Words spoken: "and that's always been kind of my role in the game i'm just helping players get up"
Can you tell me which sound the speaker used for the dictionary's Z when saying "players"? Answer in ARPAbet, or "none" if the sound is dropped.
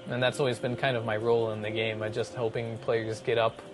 Z